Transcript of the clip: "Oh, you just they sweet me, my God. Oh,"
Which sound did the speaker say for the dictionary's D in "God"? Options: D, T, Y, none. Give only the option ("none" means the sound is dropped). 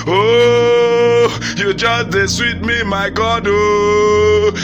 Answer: D